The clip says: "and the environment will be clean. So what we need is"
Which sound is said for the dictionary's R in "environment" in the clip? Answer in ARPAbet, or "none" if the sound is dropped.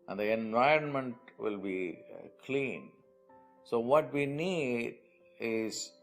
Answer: R